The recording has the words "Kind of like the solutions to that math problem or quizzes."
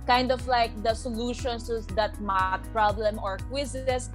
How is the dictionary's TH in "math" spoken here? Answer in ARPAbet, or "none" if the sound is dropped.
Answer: T